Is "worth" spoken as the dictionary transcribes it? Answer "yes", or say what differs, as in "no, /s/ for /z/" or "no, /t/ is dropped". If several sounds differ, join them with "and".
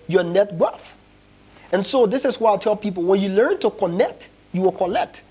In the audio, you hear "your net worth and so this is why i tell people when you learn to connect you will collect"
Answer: no, /f/ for /θ/